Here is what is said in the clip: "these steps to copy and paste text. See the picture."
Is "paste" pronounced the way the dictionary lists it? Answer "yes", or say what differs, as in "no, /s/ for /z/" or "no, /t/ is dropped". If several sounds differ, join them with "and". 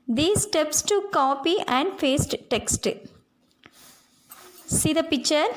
no, /f/ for /p/